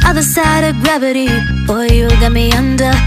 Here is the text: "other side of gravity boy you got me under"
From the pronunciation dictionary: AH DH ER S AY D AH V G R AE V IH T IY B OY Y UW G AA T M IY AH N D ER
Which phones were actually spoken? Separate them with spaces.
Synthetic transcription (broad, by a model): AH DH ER S AY D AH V G R AE V IH T IY B OY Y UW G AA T M IY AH N D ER